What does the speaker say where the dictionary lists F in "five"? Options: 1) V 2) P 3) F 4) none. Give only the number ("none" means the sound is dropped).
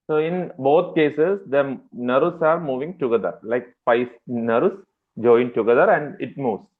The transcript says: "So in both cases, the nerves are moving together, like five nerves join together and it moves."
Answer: 2